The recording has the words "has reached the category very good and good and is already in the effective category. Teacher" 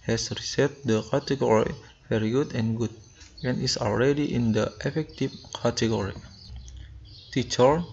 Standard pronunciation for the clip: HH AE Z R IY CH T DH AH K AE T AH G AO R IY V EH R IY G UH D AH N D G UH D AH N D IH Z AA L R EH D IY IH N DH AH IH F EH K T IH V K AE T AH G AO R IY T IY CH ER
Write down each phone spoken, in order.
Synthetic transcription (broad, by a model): HH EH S R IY S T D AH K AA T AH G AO R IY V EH R IY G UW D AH N G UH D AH N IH S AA L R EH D IY IH N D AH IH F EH K T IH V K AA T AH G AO R IY T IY CH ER